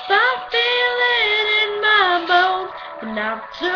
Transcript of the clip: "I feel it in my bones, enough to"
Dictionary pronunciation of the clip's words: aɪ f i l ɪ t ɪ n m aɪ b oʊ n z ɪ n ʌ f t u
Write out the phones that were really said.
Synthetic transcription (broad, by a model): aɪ f i l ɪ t ɪ n m aɪ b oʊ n ɪ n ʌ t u